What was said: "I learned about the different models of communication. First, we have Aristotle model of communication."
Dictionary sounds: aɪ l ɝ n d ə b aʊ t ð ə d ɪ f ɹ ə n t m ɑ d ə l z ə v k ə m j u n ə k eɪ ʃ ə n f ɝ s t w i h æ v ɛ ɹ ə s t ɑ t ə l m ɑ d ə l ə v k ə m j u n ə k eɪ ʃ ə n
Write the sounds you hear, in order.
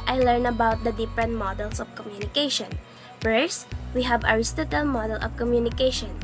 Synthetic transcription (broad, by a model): aɪ l ɝ n ə b aʊ t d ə d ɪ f ɹ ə n t m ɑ d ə l s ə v k ə m j u n ə k eɪ ʃ ə n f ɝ s w i h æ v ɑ ɹ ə s t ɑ t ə l m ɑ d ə l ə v k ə m j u n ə k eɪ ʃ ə n